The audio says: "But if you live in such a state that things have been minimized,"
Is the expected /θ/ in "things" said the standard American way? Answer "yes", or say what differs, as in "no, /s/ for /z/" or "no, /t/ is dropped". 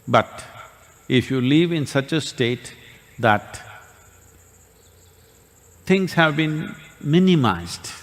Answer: no, /t/ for /θ/